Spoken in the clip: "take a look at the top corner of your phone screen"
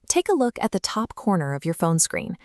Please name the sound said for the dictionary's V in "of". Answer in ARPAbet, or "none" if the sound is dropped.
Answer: V